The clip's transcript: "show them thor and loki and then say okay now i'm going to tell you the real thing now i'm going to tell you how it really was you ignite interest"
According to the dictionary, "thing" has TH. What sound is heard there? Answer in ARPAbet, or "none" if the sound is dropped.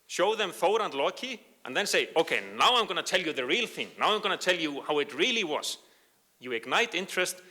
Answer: TH